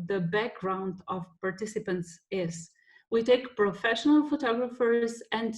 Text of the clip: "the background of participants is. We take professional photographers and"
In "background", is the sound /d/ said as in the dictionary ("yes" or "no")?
yes